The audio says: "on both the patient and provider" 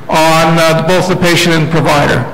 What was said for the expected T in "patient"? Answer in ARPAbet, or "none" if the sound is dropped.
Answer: none